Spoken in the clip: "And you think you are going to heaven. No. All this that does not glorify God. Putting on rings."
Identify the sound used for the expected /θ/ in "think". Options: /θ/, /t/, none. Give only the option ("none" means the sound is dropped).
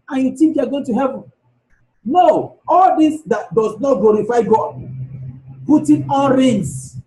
/t/